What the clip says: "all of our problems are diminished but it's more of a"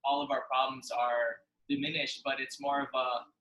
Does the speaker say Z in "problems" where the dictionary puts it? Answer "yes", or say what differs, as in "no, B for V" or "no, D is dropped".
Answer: yes